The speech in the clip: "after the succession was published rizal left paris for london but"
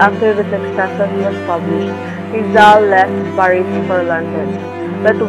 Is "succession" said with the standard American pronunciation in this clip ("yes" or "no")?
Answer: no